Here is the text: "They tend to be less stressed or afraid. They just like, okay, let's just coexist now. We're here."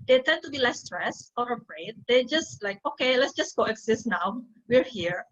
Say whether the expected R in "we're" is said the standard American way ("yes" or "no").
yes